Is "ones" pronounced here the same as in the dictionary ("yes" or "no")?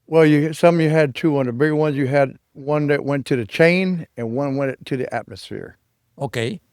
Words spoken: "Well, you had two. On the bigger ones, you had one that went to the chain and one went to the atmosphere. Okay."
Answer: yes